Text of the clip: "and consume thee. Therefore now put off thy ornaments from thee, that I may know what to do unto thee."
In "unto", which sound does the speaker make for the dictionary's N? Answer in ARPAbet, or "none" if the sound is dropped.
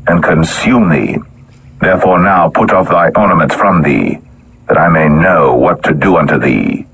N